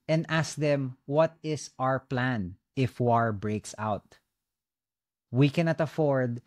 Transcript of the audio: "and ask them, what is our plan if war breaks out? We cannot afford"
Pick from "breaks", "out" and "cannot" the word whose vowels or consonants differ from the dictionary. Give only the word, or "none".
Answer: none